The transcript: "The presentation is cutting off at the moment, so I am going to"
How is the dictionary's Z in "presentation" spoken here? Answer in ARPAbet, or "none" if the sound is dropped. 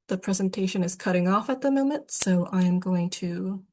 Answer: Z